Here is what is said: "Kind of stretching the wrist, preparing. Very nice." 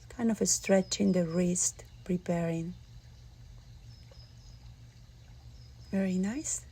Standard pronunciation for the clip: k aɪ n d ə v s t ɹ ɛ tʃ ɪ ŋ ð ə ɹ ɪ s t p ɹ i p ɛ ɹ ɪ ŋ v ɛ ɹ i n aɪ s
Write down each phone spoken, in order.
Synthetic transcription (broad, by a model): k aɪ n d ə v s t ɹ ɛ tʃ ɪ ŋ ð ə ɹ ɪ s t p ɹ i p ɛ ɹ ɪ ŋ v ɛ ɹ i n aɪ s